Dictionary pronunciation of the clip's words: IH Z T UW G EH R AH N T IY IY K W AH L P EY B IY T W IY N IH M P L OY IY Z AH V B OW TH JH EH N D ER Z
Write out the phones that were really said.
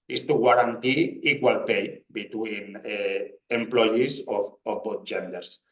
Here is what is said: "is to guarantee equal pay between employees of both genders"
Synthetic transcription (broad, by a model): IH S T UW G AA R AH N T IY IY K W AH L P EY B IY T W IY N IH M P L OY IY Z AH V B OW T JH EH N D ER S